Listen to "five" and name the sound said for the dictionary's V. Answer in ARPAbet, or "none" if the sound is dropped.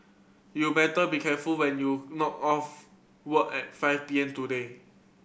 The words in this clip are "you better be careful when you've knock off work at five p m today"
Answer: F